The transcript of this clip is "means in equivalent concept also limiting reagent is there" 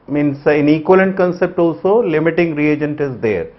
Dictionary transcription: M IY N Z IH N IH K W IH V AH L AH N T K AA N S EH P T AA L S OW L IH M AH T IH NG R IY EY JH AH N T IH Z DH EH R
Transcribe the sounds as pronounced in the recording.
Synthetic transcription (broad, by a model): M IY N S IH N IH K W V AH L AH N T K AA N S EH P T AA L S OW L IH M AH T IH NG R IY EY JH AH N T IH Z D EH R